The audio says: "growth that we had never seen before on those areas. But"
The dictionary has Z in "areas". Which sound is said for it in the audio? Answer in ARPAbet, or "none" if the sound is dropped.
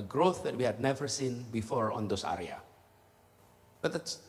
none